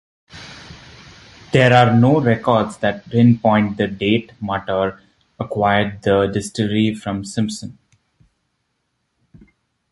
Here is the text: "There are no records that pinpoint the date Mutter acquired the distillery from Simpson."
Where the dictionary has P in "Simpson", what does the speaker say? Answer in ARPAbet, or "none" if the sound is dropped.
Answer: P